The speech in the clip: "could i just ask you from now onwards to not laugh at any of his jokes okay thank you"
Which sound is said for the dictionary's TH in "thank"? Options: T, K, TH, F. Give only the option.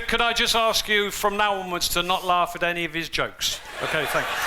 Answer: TH